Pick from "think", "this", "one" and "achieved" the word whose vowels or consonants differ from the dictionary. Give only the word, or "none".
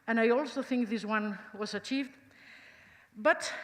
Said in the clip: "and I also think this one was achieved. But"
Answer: none